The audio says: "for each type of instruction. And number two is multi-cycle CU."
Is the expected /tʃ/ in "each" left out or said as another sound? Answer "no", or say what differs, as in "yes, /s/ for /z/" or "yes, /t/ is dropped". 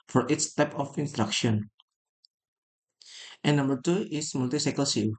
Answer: yes, /s/ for /tʃ/